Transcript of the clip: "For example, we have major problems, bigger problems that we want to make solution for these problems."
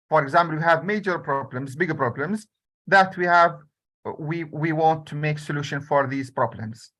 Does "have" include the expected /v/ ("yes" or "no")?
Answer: yes